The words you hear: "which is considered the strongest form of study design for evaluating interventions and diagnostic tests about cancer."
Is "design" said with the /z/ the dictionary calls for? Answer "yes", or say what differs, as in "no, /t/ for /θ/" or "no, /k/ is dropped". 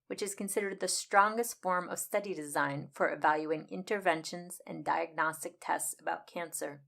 yes